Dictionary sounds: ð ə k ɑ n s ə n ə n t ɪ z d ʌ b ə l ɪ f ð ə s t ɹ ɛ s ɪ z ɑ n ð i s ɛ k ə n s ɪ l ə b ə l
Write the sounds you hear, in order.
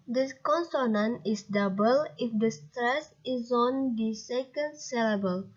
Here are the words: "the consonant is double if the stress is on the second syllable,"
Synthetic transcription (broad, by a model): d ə k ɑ n s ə n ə n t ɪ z d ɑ b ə l ɪ f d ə s t ɹ ɛ s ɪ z ɑ n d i s ɛ k ə n s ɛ l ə b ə l